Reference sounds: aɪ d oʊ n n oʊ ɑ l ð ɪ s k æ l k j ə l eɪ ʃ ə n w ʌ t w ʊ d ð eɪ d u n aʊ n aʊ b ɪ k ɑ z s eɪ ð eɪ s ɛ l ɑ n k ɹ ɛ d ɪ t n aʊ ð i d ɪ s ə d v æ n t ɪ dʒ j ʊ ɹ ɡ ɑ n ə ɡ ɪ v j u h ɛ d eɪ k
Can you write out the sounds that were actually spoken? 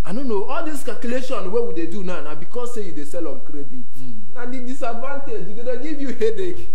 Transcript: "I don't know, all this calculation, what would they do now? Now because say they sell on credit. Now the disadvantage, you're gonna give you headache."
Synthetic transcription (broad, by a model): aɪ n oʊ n n oʊ ɑ l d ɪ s k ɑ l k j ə l eɪ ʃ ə n w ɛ w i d eɪ d u n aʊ n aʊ b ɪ k ɑ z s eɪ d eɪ s ɛ l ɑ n k ɹ ɛ d ɪ t n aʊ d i d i s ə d v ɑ n t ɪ dʒ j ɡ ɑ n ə ɡ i v j u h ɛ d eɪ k